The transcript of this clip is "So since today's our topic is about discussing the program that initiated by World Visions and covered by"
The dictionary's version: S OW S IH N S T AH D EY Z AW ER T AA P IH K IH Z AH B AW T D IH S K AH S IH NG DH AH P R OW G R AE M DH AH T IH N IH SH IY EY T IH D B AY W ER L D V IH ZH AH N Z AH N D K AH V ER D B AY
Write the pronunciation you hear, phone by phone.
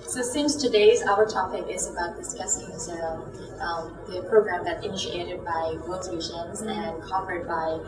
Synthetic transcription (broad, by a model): S OW S IH N S T AH D EY Z AW ER T AA P IH K IH Z AH B AW T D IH S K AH S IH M DH AH P R OW G R AE M DH AH T IH N IH SH IY EY T IH D B AY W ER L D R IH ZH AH N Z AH N K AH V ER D B AY